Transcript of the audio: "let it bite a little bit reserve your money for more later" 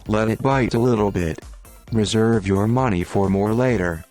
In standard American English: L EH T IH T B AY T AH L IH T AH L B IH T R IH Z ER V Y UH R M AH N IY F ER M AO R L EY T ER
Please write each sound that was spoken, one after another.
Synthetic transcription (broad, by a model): L EH T IH T B AY T AH L IH T L B IH T R IH Z ER V Y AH R M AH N IY F ER M AO R L EY T ER